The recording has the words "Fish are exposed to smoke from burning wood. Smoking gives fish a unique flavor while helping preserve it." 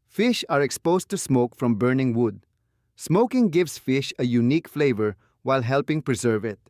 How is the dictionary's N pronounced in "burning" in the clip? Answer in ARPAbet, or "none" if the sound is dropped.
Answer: N